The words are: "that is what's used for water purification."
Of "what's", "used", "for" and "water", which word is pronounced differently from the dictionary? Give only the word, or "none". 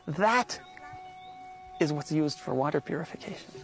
none